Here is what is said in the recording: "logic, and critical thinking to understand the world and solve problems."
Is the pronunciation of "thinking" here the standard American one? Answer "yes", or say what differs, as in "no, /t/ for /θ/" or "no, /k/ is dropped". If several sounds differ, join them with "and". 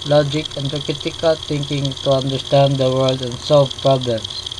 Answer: no, /t/ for /θ/